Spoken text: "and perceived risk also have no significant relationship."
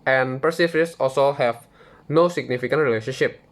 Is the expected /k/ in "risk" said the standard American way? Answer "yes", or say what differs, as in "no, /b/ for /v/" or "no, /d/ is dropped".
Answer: no, /k/ is dropped